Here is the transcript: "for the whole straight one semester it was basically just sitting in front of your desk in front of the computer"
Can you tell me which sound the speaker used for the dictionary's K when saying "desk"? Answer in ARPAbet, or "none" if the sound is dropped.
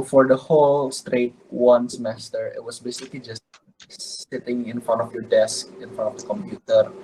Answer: K